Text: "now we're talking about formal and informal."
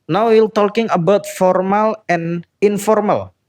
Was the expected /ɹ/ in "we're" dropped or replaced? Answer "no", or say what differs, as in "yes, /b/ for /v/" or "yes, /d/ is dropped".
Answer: yes, /l/ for /ɹ/